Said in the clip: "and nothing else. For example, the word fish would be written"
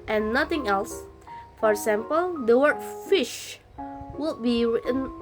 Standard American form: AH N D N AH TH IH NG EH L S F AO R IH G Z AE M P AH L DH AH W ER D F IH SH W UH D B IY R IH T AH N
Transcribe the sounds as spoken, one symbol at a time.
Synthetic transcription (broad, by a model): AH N N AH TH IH NG EH L S F AO R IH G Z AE M P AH L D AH W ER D F IH SH W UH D B IY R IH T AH N